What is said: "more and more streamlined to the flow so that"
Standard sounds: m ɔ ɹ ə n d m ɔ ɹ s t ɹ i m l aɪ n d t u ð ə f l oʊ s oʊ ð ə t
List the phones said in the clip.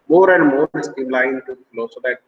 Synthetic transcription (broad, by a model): m ɔ ɹ ə n d m ɔ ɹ s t i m l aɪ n t u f l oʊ s oʊ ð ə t